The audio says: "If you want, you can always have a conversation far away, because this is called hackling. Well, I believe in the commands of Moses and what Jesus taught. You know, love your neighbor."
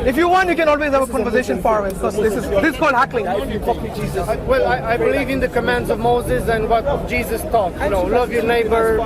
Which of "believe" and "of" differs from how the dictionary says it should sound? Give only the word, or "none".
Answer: none